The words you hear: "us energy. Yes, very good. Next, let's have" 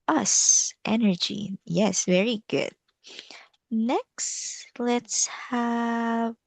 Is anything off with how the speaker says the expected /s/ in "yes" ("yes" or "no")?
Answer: no